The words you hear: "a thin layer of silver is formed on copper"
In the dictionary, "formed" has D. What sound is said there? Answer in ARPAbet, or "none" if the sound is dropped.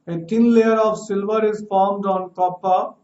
D